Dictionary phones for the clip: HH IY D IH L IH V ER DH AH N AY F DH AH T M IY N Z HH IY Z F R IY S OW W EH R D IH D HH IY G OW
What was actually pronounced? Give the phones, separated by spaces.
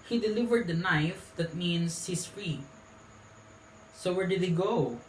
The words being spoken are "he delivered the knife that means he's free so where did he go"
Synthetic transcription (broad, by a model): HH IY D IH L IH V ER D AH N AY F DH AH T M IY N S HH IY S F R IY S OW W EH R D IH D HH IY G OW